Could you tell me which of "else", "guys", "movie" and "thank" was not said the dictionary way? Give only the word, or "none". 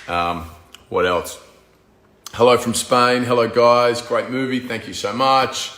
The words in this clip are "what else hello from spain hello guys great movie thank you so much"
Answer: none